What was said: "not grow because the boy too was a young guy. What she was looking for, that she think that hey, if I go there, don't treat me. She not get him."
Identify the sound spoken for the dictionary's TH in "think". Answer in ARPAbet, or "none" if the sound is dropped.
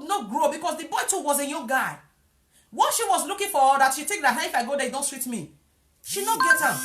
T